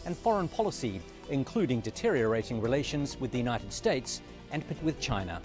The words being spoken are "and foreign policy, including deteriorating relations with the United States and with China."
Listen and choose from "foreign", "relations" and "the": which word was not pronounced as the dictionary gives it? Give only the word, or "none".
none